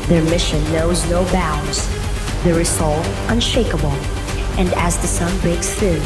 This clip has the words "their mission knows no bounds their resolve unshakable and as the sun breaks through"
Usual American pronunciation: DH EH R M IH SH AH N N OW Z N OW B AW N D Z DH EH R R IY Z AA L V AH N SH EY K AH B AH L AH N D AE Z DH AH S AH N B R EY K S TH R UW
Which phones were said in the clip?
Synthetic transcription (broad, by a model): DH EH R M IH SH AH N N OW Z N OW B AW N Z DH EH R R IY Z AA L AH N SH EY K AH B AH L AH N D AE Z DH AH S AH N B R EY K S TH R